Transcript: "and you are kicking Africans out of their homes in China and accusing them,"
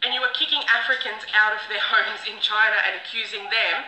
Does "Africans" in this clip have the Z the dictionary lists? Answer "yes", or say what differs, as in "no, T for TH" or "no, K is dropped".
yes